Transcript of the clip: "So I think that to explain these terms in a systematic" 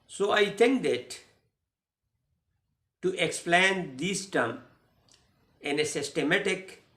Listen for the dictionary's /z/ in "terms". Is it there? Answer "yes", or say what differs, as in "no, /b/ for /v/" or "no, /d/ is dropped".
no, /z/ is dropped